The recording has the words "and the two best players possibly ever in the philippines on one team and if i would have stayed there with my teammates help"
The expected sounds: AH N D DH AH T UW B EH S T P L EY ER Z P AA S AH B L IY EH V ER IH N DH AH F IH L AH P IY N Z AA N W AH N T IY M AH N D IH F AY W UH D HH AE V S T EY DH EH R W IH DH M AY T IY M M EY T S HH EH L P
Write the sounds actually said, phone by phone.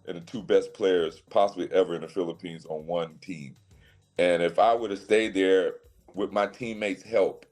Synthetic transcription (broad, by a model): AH N DH AH T UW B EH S P L EY ER Z P AA S AH B L IY EH V ER IH N DH AH F IH L AH P IY N Z N W AH N T IY M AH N IH F AY W UH D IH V S T EY DH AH R W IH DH M AY T IY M M EY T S HH EH L P